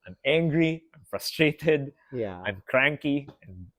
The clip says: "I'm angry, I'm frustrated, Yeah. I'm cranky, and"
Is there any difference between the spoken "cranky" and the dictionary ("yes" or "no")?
no